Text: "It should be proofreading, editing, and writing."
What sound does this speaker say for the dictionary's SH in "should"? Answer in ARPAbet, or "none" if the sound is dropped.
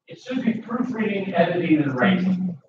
S